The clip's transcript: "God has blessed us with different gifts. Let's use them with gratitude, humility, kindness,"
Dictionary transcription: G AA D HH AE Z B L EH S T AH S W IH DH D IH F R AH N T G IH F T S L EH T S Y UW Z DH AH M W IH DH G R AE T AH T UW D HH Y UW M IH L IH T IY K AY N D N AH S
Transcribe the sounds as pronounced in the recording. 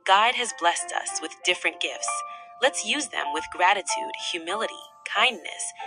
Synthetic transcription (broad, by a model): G AA D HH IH Z B L EH S T AH S W IH DH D IH F R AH N G IH F T S L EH T S Y UW Z DH AH M W IH DH G R AE T AH T UW D HH Y UW M IH L IH T IY K AY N N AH S